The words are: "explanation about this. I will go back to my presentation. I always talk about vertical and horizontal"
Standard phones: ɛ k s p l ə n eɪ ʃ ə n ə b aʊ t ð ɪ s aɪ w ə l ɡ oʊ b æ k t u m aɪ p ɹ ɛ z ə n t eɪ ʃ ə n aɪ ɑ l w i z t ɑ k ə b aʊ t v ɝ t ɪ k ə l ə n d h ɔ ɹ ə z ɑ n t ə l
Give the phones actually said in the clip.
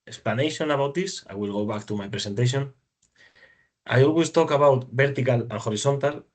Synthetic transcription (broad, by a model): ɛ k s p l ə n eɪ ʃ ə n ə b aʊ t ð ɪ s aɪ w ə l ɡ oʊ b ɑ k t u m aɪ p ɹ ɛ s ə n t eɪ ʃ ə n aɪ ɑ l w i s t ɑ k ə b aʊ t b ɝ t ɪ k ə l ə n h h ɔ ɹ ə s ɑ n t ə l